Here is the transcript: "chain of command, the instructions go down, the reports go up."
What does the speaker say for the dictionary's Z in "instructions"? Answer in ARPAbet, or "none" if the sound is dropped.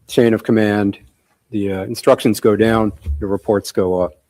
Z